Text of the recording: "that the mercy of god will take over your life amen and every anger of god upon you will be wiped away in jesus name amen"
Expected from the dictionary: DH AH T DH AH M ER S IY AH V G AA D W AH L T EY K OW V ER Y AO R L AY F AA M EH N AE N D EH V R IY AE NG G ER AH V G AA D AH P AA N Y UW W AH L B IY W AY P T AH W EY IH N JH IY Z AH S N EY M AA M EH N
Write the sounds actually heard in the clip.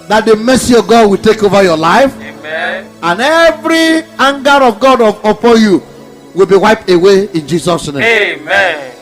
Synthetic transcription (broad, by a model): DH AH T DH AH M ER S IY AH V G AA D W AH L T EY K OW V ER Y AO L AY F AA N N EH V R IY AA NG G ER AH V G AA D AH P AA N Y UW W AH L B IY W AY P T AH W EY IH N JH IY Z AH S N EY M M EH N